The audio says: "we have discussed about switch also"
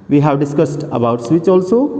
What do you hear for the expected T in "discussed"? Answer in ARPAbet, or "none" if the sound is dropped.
T